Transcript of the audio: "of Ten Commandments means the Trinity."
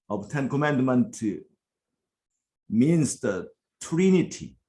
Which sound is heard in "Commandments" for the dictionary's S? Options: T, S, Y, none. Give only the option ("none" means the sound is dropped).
none